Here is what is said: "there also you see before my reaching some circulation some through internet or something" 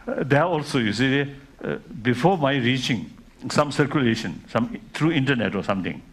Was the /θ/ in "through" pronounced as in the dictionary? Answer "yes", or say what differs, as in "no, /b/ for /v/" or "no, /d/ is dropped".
no, /t/ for /θ/